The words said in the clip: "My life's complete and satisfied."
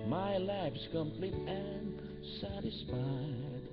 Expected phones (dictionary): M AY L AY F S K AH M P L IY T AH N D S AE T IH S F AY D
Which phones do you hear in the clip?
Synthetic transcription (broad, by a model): M AY L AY P S K AH M P L IY T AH N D S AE T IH S F AY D